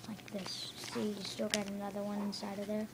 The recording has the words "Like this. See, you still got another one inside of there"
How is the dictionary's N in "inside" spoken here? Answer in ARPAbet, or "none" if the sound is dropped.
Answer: N